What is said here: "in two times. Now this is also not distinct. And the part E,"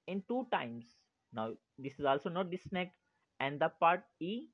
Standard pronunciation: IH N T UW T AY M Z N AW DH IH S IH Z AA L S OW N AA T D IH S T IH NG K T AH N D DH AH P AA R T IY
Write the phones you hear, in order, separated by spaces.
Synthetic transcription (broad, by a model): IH N T UW T AY M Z N AW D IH S IH Z AA L S OW N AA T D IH S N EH K AH N D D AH P AA R T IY